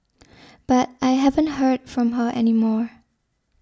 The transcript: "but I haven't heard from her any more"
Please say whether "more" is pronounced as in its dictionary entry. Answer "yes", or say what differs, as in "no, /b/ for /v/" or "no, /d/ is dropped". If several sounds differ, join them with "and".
yes